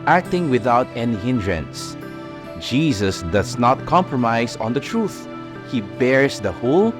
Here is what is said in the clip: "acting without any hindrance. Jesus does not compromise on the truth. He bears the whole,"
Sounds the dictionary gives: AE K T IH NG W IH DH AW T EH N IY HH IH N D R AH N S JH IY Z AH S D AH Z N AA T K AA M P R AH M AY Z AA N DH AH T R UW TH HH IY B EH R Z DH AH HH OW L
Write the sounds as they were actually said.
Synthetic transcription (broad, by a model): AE K T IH NG W IH DH AW T EH N IY HH IH N D R AH N S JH IY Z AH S D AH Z N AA T K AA M P R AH M AY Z AA N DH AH T R UW TH HH IY B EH R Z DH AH HH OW L